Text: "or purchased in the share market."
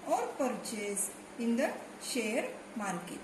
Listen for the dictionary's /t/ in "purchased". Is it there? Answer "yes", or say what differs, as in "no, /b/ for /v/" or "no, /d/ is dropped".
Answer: no, /t/ is dropped